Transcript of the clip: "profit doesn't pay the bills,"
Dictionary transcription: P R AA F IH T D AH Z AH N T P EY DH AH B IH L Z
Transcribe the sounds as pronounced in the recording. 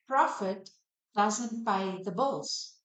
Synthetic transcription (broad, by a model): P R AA F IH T D AH Z AH N T B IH DH AH B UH L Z